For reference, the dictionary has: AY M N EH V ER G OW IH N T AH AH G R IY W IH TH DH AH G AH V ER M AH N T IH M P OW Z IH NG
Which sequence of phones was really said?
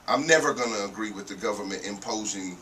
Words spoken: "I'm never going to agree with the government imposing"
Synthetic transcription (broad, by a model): AY M N EH V ER G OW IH N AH AH G R IY W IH DH AH G AH V ER M AH N T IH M P OW Z IH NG